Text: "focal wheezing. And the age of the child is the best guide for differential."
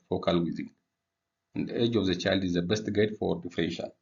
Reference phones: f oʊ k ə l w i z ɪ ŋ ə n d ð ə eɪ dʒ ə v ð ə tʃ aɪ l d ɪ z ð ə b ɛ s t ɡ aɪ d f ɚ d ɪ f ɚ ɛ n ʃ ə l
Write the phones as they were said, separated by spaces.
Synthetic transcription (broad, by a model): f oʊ k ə l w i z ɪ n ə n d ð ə eɪ dʒ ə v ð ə tʃ aɪ l d ɪ z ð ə b ɛ s t ɡ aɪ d f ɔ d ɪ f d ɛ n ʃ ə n